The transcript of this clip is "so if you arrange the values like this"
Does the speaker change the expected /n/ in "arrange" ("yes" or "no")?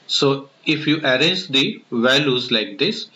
yes